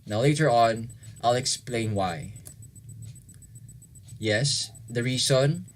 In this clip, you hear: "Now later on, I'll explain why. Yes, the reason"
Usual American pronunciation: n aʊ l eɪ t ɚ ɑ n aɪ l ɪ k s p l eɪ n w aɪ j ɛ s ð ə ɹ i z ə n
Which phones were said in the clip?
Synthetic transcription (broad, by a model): n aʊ l eɪ t ɚ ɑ n aɪ l ɪ k s p l eɪ n w aɪ j ɛ s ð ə ɹ i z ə n